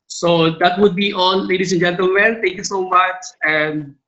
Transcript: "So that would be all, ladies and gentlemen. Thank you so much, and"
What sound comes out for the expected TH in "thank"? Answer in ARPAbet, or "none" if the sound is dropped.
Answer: T